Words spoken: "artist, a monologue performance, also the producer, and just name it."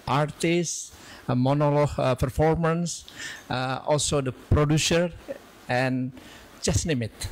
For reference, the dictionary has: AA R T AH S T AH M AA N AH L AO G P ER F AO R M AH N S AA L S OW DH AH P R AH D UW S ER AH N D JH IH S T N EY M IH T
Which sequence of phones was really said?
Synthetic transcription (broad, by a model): AA R T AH S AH M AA N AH L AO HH P ER F AO R M AH N S AA L S OW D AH P R AH D UW S ER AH N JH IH S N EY M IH T